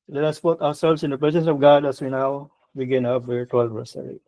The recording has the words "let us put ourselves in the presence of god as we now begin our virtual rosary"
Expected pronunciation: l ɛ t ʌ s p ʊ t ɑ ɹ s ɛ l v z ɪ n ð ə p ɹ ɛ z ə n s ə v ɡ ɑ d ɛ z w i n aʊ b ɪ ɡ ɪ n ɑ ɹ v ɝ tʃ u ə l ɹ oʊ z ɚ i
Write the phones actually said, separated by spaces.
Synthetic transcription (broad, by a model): l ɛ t ʌ s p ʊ t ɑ ɹ s ɛ l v s ɪ n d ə p ɹ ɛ s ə n s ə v ɡ ɑ d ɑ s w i n aʊ b ɪ ɡ ɪ n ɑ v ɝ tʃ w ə l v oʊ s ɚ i